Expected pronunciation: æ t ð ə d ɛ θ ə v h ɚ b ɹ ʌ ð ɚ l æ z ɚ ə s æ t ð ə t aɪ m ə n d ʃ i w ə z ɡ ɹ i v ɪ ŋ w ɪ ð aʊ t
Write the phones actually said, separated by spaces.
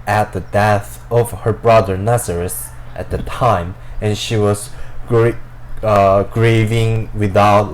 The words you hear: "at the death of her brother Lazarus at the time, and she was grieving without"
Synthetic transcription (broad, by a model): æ t ð ə d ɛ θ ə v h ɚ b ɹ ʌ ð ɚ n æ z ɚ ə s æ t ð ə t aɪ m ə n ʃ i w ə z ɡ ɹ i v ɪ ŋ w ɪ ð aʊ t